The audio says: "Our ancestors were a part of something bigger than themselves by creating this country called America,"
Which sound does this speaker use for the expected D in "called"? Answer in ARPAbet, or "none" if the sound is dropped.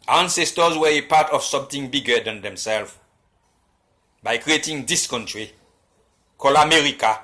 none